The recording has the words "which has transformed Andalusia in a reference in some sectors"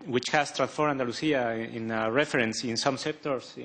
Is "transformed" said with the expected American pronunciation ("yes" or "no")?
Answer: no